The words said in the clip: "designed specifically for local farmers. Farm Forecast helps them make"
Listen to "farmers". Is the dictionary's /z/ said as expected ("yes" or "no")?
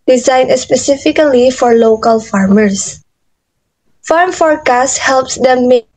no